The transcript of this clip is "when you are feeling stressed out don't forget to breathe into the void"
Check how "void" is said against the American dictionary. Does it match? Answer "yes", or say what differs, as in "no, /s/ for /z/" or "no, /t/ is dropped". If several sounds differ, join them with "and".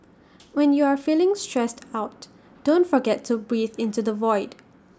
yes